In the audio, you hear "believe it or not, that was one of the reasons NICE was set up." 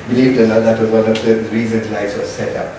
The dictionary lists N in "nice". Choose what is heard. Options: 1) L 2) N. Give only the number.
1